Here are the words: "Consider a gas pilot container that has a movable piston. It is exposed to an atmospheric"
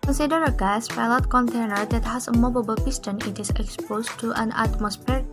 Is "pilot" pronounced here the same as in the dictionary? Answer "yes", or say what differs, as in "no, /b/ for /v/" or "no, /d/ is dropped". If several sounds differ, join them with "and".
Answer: no, /f/ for /p/